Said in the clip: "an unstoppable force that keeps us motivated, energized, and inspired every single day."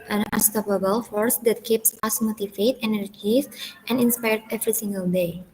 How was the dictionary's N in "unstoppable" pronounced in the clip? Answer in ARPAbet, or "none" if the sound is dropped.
none